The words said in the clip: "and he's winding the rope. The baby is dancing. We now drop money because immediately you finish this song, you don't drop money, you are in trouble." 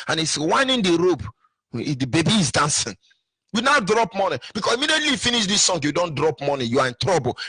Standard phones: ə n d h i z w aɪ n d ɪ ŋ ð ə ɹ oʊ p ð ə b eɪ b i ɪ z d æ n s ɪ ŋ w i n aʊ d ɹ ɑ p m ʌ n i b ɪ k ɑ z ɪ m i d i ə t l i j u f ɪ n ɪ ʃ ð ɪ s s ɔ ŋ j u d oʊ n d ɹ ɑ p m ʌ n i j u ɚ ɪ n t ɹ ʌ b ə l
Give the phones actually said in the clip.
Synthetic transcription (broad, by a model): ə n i s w aɪ n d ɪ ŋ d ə ɹ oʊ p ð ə b eɪ b i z d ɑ n s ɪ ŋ w i n aʊ d ɹ ɑ p m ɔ n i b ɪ k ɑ s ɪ m i d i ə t l i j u f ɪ n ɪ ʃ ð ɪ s s ɔ ŋ j u d oʊ n d ɹ ɑ p m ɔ n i j u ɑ ɪ n t ɹ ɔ b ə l